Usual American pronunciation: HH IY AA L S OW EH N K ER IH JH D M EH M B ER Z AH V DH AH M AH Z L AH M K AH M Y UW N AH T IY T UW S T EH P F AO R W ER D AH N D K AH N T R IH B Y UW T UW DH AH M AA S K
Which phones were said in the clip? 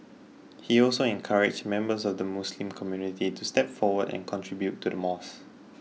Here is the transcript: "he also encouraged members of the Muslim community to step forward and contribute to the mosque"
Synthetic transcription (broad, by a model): HH IY AA L S OW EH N K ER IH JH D M EH M B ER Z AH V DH AH M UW S L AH M K AH M Y UW N AH T IY T UW S T EH P F AO W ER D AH N K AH N T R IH B Y UW T UW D AH M AA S